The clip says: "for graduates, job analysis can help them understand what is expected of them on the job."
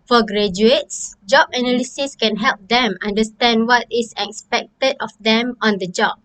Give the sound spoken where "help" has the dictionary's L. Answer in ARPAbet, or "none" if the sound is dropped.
L